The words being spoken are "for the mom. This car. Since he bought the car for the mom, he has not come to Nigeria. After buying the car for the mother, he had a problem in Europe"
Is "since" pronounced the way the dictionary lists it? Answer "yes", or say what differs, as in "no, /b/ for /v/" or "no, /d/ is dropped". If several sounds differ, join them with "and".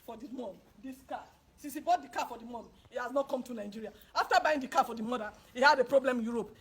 no, /n/ is dropped